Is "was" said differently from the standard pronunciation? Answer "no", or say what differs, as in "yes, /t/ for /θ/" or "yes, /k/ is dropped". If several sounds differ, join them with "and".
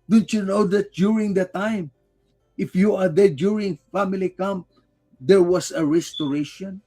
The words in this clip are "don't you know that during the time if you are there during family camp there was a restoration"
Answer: yes, /s/ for /z/